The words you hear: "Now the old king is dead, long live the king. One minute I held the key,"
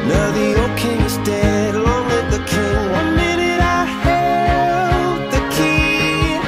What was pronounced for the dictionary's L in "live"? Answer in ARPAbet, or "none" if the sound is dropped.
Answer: W